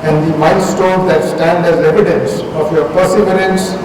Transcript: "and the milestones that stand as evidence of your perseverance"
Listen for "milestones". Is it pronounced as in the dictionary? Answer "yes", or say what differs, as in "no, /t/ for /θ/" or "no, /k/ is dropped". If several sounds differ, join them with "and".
no, /l/ is dropped